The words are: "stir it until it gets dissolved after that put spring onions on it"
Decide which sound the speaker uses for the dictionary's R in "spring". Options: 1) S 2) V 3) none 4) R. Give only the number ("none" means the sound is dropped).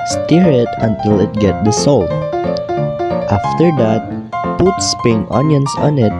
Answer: 3